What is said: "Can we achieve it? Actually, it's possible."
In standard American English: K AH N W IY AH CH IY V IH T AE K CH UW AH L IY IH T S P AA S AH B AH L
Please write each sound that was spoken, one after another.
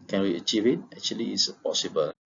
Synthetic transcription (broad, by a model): K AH N W IY AH CH IY V IH T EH K CH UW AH L IY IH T S P AA S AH B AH L